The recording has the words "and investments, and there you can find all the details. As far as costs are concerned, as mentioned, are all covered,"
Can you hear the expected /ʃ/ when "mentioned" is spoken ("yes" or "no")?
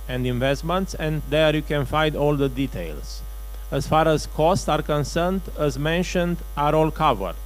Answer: yes